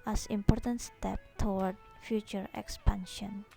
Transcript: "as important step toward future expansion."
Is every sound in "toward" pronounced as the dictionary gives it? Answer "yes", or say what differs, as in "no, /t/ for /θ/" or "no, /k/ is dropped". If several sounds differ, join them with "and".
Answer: no, /w/ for /ɹ/